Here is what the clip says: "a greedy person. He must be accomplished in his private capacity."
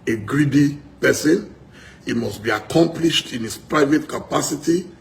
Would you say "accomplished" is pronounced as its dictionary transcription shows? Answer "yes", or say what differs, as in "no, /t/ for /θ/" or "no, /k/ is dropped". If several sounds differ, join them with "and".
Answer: yes